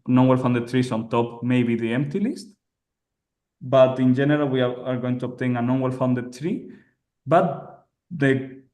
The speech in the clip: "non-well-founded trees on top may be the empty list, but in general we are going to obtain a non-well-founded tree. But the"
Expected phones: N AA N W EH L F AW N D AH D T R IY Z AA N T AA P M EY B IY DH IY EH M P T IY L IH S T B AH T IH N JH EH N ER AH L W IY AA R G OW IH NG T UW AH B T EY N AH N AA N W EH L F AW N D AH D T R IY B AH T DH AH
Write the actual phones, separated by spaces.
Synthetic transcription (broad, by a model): N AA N W EH L F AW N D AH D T R IY S AA N T AA P M EY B IY DH IY EH M P T IY L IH S T B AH T IH N JH EH N ER AH L W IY AA R G OW IH NG T UW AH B T EY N AH N AA N W EH L F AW N D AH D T R IY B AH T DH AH